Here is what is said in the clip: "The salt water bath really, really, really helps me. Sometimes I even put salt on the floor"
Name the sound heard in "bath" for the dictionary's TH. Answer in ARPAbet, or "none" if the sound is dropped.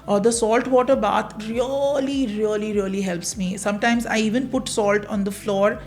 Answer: T